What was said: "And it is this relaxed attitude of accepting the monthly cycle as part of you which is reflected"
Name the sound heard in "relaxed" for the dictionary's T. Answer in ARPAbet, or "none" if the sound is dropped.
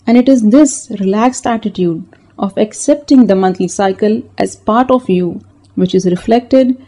T